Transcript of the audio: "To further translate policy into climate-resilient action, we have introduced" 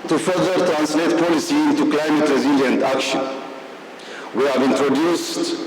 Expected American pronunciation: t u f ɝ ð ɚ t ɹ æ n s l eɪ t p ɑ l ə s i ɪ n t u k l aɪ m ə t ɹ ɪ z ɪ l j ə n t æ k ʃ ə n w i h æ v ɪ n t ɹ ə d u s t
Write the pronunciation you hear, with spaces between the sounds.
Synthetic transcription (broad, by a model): t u f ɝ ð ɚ t ɹ æ n s l eɪ t p ɑ l ə s i ɪ n t u k l aɪ m ə t ɹ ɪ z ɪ l j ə n t æ k ʃ ə n w i h æ v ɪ n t ɹ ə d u s t